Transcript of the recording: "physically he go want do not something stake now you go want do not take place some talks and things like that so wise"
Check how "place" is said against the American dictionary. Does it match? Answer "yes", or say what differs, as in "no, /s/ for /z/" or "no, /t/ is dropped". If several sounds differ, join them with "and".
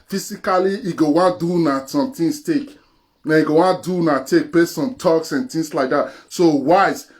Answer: no, /l/ is dropped